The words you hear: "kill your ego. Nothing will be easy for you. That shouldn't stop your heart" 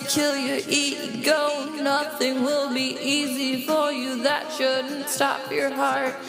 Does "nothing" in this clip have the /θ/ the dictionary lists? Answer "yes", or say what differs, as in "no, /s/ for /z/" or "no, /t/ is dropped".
yes